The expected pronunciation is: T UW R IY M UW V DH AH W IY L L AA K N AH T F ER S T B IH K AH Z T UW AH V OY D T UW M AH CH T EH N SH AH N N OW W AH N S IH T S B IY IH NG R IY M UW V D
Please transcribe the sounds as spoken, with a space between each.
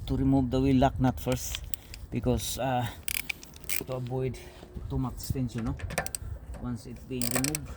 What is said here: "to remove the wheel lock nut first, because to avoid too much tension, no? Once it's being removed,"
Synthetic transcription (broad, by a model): T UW R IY M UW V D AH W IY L L AA K N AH T F ER S T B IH K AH S T UW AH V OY D T UW M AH S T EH N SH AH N N OW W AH N S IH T B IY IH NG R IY M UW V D